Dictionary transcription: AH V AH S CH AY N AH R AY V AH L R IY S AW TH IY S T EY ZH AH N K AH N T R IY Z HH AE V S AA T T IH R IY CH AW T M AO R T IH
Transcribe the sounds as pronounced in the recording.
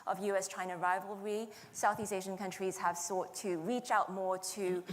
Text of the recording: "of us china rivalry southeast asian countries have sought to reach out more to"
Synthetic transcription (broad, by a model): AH V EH S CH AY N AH R AY V AH L R IY S AW TH IY S T EY ZH AH N K AH N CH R IY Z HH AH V S AA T T IH R IY CH AW T M AO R T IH